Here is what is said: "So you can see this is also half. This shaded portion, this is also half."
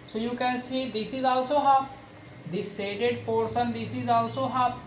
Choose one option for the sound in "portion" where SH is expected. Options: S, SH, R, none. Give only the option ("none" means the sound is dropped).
S